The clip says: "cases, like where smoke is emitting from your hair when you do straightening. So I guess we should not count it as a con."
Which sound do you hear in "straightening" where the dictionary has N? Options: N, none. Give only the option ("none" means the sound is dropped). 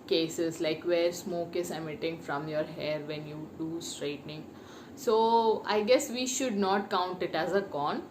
N